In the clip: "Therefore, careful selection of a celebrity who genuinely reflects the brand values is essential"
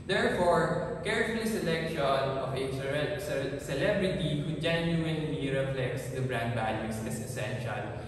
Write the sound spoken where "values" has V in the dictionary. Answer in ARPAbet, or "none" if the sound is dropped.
B